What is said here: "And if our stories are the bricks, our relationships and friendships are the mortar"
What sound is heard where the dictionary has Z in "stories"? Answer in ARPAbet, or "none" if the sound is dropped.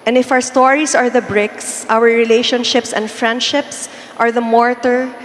S